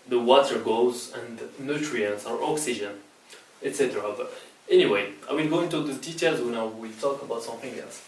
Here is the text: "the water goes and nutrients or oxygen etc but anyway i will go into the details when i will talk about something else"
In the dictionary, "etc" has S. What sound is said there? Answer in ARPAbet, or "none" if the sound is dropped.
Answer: S